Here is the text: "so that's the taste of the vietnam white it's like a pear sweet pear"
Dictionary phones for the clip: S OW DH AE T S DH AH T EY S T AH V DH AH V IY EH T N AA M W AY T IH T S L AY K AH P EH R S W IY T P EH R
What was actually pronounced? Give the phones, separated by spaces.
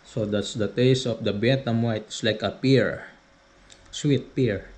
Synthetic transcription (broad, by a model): S OW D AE T S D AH T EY S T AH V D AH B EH T AA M W AY T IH S L AY K AH P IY R S W IY T P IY R